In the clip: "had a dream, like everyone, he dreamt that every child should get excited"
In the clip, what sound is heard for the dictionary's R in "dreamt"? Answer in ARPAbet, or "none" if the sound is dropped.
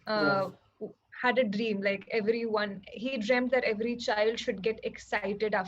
R